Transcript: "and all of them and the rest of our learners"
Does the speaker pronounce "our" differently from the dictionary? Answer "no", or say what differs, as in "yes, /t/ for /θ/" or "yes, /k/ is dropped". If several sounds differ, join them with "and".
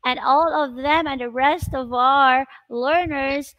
no